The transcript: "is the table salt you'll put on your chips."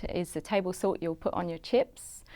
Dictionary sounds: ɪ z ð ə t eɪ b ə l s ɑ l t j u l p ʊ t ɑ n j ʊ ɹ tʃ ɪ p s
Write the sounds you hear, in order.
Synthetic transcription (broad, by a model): ɪ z ð ə t eɪ b ə l s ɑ t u l p ʊ t n j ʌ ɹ tʃ ɪ p s